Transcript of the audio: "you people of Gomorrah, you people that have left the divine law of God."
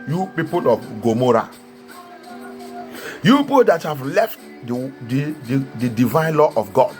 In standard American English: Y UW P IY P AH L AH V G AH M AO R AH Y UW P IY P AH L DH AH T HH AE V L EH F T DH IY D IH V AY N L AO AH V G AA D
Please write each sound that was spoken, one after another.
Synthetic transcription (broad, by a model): Y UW P IY P AH L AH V G AH M AO R AH Y UW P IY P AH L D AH T HH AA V L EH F T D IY D IH V AY N L AO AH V G AA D